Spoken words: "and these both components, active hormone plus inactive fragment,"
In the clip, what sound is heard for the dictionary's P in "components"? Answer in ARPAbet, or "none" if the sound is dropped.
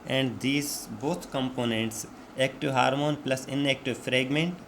P